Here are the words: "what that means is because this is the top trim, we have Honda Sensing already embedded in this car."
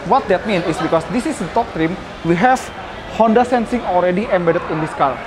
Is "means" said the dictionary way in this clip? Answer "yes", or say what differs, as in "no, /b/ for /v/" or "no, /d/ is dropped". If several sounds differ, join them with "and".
no, /z/ is dropped